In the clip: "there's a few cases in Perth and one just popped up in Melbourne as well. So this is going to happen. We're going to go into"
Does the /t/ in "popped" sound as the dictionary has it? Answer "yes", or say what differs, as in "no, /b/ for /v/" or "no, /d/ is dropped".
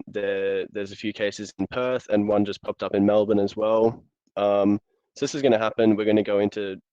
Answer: yes